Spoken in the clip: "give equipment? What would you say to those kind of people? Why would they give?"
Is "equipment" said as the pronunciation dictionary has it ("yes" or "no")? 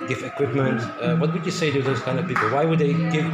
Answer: yes